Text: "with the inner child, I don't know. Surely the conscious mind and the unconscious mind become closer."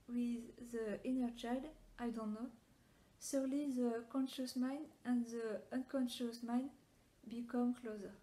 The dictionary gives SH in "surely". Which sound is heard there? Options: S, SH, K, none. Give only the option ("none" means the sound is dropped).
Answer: S